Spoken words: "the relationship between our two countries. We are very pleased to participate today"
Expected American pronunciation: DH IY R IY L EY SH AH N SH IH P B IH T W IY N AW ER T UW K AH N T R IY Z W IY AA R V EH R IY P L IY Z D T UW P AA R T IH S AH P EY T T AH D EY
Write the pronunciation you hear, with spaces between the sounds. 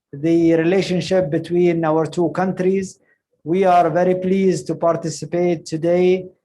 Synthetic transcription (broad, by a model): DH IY R IY L EY SH AH N SH IH P B IH T W IY N AW ER T UW K AH N T R IY Z W IY AA R V EH R IY P L IY Z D T UW P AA R T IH S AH P EY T T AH D EY